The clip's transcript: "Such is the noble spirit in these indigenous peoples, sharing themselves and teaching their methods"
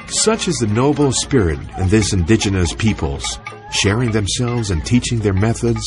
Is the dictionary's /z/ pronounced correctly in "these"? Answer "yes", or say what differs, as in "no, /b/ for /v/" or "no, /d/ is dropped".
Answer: no, /s/ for /z/